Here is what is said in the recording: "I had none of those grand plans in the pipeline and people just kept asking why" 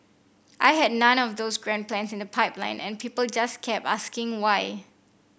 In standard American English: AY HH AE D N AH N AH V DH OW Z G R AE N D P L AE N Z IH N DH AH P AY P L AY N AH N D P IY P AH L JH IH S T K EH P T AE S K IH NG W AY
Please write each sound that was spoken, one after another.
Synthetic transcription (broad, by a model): AY HH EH D N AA N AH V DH OW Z G R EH N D P L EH N S IH N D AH P AY P L AY N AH N P IY P AH L JH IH S K EH P AA S K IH NG W AY